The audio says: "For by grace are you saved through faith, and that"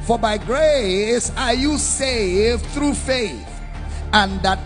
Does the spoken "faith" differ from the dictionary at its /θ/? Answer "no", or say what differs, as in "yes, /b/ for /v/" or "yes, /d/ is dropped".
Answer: no